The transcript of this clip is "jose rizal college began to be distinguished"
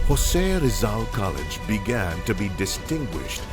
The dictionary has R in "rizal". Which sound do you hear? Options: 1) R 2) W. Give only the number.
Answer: 1